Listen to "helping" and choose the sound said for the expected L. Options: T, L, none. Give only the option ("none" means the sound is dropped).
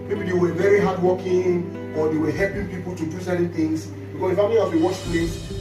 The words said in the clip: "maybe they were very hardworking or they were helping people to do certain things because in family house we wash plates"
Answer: L